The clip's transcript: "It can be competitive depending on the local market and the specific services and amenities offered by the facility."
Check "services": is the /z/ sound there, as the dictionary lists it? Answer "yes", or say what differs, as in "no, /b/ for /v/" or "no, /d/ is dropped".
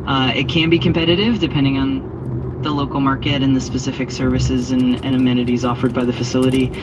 yes